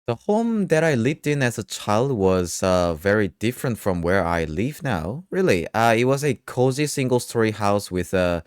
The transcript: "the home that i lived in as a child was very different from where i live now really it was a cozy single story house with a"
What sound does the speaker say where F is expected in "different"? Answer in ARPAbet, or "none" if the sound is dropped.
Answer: F